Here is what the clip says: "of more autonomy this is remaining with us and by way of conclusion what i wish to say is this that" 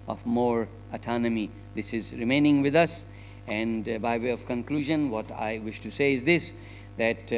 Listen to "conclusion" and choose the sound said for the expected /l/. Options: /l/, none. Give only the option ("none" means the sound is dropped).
/l/